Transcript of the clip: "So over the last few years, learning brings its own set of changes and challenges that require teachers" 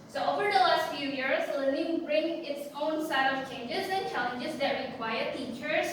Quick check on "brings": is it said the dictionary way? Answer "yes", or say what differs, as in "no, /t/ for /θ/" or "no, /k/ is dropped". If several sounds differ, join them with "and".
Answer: no, /z/ is dropped